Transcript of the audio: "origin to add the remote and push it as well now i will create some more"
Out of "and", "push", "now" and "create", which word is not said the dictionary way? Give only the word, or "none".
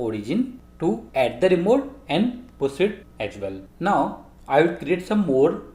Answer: push